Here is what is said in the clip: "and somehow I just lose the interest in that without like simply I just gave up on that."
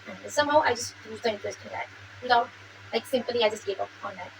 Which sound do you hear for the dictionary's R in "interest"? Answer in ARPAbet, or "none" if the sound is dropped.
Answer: none